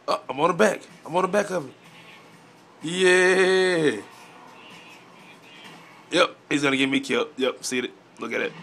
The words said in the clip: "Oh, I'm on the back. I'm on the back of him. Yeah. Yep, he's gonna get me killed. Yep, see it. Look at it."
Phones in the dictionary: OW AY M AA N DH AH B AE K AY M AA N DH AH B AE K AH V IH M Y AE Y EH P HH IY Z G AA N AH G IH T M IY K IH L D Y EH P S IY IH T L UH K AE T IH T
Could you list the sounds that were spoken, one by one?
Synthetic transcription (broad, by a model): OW AY M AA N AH B AE K AY M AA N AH B AE K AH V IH Y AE Y EH P HH IY Z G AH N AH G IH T M IY K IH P Y EH P S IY IH T N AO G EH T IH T